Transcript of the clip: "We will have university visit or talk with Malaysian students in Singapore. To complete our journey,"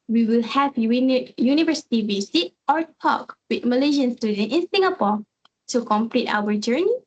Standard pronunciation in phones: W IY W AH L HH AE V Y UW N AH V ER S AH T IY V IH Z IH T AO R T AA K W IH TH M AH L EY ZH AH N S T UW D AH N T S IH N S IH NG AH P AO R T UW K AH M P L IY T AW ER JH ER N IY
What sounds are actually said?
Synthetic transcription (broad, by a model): W IY W AH L HH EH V Y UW N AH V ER S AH T IY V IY S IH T AO R T AA K W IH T M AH L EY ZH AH N S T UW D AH N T IH N S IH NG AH P AO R T UW K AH M P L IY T AW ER JH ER N IY